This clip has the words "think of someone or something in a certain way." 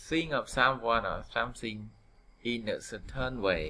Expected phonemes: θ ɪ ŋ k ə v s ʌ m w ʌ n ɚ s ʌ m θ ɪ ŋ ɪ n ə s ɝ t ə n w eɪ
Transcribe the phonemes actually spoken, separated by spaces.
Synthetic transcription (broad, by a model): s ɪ ŋ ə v s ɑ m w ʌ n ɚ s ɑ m s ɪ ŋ ɪ n ə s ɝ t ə n w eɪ